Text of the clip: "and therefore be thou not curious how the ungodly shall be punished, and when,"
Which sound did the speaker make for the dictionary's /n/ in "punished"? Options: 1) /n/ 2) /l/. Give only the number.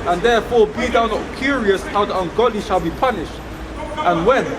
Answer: 1